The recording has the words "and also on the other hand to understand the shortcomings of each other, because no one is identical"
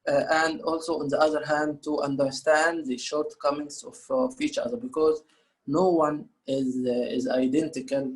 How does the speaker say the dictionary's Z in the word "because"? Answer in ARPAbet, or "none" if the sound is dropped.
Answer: Z